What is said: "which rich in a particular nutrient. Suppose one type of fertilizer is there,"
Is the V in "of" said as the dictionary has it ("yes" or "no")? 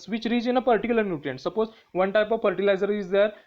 yes